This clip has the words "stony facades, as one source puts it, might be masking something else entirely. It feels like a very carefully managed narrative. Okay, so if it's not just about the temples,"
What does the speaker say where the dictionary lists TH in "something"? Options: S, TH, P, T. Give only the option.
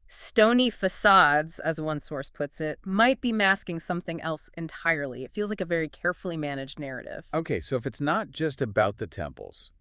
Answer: TH